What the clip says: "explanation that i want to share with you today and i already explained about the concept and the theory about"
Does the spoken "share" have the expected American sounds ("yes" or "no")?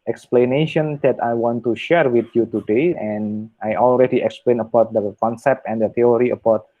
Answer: yes